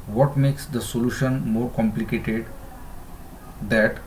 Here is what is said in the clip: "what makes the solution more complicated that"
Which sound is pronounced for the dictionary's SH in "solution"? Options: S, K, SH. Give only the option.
SH